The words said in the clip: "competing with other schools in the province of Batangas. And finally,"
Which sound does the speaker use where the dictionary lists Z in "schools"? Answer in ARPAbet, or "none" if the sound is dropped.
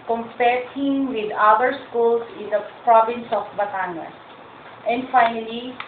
S